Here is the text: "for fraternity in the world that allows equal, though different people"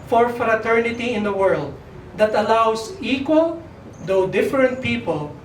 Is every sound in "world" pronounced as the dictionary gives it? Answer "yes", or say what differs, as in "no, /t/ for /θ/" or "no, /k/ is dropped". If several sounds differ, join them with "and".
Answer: yes